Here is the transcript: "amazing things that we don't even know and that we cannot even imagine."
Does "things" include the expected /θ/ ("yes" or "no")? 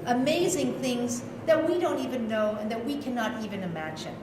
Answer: yes